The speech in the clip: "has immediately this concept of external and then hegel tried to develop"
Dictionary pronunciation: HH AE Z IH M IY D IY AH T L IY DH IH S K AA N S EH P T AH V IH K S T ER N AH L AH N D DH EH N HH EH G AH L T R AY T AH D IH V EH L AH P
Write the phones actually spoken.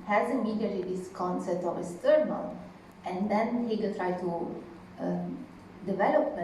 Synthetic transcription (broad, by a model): HH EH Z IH M IY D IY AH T IY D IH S K AA N S EH P T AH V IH S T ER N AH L AH N D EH N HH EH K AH T R AY T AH D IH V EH L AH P